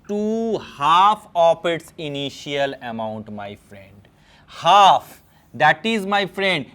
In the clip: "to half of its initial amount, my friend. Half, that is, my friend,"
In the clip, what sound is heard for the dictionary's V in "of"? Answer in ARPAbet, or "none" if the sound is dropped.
P